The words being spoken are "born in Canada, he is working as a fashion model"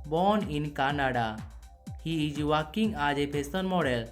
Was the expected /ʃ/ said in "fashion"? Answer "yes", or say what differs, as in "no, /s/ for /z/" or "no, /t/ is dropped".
no, /s/ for /ʃ/